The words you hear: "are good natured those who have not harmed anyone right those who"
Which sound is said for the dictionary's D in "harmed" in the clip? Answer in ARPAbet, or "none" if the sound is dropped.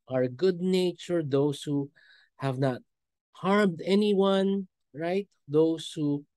D